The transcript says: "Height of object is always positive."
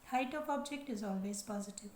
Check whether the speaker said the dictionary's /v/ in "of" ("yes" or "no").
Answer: no